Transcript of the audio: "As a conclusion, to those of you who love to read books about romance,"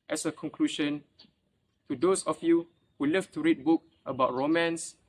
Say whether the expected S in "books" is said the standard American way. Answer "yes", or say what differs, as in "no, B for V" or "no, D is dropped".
no, S is dropped